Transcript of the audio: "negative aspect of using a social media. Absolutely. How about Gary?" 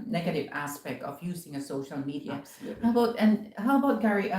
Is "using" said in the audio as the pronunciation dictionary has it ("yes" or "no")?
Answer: yes